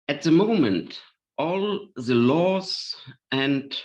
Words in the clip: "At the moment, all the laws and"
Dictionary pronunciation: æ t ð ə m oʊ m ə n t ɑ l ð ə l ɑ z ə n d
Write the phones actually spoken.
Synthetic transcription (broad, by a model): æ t ð ə m oʊ m ə n t ɑ l ð ə l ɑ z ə n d